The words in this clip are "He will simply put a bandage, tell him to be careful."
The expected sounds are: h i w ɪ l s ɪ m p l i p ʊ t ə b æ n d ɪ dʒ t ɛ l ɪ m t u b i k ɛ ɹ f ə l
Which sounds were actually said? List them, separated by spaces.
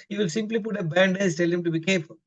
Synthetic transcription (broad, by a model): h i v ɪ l s ɪ m p l i p ʊ t ə b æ n d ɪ z t ɛ l ɪ m t u b i k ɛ ɹ f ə l